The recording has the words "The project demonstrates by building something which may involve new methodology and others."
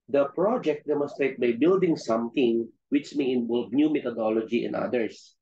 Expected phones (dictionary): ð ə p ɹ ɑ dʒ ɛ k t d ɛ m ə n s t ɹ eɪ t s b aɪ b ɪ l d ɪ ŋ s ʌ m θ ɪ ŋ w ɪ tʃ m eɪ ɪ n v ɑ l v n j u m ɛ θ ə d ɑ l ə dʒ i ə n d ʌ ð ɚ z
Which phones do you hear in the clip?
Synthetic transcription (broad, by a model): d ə p ɹ ɑ dʒ ɛ k t d ɛ m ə n s t ɹ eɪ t b aɪ b ɪ l d ɪ ŋ s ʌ m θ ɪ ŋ w ɪ tʃ m eɪ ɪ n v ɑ l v n j u m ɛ t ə d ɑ l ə dʒ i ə n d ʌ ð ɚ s